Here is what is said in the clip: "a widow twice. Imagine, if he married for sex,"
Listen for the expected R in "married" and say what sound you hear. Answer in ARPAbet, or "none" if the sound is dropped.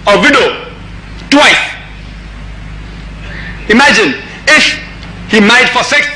none